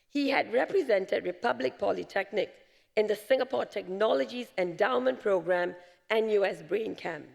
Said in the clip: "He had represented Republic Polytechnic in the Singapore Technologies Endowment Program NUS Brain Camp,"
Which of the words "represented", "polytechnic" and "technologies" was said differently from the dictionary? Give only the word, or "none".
none